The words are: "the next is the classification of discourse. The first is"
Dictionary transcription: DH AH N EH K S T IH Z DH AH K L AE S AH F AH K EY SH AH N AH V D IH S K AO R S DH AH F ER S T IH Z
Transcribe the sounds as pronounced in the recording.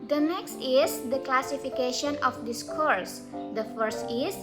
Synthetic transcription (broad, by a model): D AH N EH K S T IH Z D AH K L AE S AH F AH K EY SH AH N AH F D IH S K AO R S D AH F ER S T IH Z